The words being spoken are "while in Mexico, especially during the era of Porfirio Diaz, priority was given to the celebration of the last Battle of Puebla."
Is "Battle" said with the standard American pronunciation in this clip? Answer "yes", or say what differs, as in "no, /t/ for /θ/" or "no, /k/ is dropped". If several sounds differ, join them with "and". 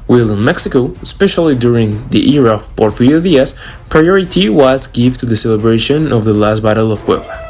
yes